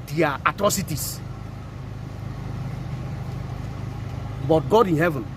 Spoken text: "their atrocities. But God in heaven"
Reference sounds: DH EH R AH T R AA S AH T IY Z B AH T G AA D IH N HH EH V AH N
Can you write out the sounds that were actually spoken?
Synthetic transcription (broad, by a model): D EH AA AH T R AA S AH T IY S B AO T G AA D IH N HH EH V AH N